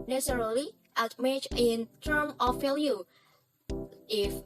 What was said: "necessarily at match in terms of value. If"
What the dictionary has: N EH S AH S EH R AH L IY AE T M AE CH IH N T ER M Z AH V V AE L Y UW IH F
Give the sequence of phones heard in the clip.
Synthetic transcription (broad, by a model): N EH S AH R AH L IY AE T M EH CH IH N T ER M AH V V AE L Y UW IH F